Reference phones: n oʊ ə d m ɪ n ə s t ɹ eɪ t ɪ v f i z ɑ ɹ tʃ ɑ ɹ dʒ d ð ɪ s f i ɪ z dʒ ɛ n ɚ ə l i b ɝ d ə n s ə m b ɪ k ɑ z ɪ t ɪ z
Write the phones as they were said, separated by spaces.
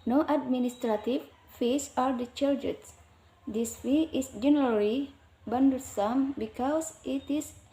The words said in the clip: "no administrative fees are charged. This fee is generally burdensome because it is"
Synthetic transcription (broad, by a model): n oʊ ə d m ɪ n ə s t ɹ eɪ t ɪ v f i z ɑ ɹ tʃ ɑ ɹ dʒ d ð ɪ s f i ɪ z dʒ ɛ n ɚ ə l i b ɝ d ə s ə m b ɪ k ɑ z ɪ t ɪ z